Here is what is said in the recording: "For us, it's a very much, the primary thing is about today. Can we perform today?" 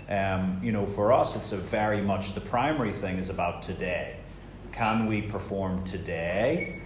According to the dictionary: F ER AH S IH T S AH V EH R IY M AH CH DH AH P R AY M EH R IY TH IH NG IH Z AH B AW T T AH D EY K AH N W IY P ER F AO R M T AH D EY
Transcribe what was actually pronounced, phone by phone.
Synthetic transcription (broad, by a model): F ER AH S IH T S AH V EH R IY M AH CH DH AH P R AY M EH R IY TH IH NG IH Z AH B AW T T AH D EY K AH N W IY P ER F AO R M T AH D EY